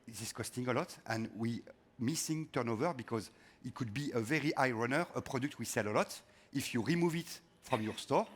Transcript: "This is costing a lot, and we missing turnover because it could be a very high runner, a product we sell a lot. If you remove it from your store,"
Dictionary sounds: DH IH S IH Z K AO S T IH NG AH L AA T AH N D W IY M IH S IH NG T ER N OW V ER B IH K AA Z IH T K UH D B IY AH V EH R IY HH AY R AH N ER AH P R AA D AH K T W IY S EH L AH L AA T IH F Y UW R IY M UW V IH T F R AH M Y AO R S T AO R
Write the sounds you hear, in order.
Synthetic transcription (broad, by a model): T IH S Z K AO S T IH NG AH L AA T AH N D W IY M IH S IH NG T ER N OW V ER B IH K AA Z IH T K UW D B IY AH V EH R IY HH AY R AH N ER AH P R AA D AH K T W IY S EH L AH L AA T IH F Y UW R IY M UW V IH T F R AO M Y AO R S T AO R